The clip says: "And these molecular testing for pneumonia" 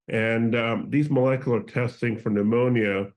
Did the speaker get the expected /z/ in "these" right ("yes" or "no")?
yes